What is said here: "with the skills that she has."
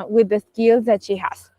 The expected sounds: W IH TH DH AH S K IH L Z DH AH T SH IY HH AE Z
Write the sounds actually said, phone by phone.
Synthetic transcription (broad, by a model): W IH DH AH S K IH L Z DH AH T SH IY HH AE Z